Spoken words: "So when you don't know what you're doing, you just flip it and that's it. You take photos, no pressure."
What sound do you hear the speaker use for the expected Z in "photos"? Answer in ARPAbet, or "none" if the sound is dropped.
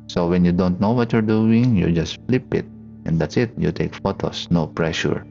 S